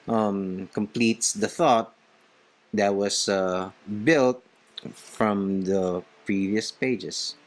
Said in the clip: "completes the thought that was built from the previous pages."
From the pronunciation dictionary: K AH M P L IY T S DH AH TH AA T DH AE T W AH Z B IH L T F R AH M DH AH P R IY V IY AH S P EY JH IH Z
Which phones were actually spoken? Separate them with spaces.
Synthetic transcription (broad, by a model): K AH M P L IY T S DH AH TH AA T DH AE T W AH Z B IH L T F R AH M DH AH P R IY V IY AH S P EY JH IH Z